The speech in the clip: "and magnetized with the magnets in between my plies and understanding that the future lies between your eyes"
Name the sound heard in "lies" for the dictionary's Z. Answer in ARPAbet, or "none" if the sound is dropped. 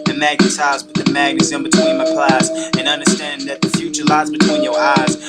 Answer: Z